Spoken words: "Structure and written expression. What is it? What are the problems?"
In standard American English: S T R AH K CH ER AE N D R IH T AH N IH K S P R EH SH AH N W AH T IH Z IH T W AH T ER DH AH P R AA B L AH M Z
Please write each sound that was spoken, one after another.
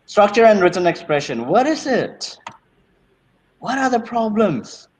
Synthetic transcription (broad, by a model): S T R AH K CH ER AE N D R IH T AH N IH K S P R EH SH AH N W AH T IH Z IH T W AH T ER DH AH P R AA B L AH M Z